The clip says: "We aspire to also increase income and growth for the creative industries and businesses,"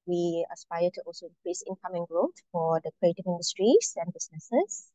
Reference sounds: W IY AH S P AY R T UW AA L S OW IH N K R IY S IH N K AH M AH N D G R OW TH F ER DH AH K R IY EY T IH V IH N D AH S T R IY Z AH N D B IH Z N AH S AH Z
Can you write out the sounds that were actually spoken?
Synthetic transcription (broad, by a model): W IY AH S P AY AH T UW AA L S OW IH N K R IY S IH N K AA M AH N G R OW T F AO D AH K R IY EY T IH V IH N D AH S T R IY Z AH N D B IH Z N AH S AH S